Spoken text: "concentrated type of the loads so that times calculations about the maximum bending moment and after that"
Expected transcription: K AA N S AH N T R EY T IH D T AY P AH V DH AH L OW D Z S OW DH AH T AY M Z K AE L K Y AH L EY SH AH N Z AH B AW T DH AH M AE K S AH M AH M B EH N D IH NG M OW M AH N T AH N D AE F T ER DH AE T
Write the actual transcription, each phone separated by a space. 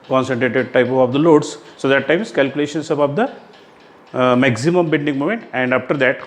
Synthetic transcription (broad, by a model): K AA N S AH N T R EY T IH D T AY P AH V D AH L OW D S S OW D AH T AY M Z K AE L K Y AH L EY SH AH N S AH B AW T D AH M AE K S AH M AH M B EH L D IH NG M OW M AH N T AH N D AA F T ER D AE T